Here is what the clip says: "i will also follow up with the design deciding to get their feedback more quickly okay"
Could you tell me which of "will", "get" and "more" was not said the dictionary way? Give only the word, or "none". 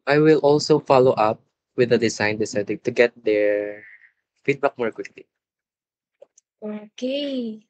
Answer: none